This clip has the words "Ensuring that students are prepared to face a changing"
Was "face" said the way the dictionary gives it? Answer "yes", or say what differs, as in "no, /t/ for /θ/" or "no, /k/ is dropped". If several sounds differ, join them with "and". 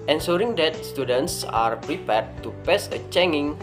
no, /p/ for /f/